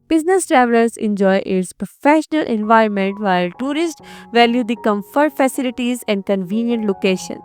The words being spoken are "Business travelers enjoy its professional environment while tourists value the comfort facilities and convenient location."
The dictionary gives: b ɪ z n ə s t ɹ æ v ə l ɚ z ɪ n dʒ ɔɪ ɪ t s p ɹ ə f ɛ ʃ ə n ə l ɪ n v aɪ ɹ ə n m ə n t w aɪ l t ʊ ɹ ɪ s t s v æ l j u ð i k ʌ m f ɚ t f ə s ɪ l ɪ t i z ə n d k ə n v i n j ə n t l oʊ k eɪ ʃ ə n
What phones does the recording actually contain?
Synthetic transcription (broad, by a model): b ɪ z n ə s t ɹ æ v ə l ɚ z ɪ n dʒ ɔɪ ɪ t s p ɹ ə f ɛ ʃ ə n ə l ɪ n v aɪ ɹ ə n m ə n t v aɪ l t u ɹ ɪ s t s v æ l j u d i k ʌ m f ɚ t f ə s ɪ l ɪ t i z ə n d k ə n v i n j ə n t l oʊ k eɪ ʃ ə n